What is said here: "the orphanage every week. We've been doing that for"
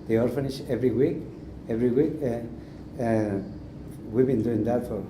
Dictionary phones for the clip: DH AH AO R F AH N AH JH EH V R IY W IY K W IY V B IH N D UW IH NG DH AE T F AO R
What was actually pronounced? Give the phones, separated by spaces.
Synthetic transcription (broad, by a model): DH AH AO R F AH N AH SH EH V R IY W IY K W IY W B IH N D UW IH NG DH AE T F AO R